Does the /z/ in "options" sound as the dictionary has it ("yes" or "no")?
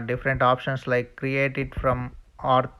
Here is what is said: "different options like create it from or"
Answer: no